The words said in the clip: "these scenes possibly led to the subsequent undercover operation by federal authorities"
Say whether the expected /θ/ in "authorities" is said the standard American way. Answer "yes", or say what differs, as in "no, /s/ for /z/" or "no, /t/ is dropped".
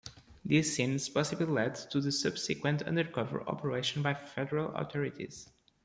no, /t/ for /θ/